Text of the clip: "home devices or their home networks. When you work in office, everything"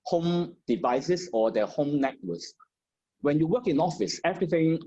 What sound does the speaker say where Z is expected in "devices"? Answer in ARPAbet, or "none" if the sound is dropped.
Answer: S